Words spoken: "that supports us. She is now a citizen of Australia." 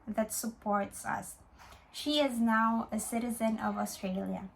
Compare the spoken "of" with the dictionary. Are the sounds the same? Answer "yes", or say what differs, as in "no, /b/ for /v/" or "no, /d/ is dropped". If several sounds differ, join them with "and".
yes